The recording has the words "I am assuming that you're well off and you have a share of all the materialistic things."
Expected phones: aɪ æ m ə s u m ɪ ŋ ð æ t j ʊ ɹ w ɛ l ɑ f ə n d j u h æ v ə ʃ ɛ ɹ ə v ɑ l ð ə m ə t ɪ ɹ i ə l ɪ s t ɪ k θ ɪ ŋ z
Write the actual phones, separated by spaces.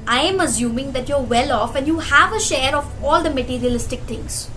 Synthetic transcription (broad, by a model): aɪ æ m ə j u m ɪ ŋ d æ t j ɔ ɹ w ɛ l ɑ f ə n d j u h æ v ə ʃ ɛ ɹ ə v ɑ l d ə m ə t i ɹ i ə l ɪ s t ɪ k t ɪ ŋ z